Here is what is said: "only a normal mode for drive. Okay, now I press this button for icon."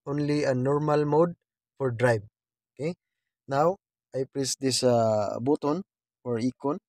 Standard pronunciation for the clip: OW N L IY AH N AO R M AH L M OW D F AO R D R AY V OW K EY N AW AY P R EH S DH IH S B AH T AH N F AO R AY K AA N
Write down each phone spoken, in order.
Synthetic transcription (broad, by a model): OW N L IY AH N AO R M AH L M OW D F AO R D R AY B OW K EY N AW AY P R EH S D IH S B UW T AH N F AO R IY K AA N